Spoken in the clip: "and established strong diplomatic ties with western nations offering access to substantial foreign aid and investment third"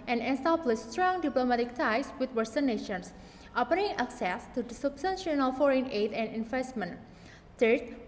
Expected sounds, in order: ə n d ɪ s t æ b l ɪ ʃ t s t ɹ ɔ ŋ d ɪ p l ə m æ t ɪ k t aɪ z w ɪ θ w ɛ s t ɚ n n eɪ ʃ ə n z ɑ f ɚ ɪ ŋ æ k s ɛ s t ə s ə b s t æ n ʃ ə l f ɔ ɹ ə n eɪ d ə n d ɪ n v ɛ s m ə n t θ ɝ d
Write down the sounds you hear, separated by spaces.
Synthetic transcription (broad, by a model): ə n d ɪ s t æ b l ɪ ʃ s t ɹ ɔ ŋ d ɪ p l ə m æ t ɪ k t aɪ s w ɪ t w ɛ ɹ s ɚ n n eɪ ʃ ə n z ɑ p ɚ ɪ ŋ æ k s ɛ s t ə s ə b s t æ n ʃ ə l f ɔ ɹ ə n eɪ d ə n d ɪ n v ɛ s m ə n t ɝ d